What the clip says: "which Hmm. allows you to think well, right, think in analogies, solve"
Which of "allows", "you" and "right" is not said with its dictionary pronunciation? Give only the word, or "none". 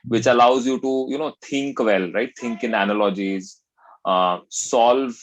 none